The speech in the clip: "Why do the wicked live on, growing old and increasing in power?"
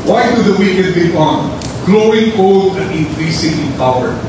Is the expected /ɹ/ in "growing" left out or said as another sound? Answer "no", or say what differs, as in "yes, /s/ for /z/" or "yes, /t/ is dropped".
yes, /l/ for /ɹ/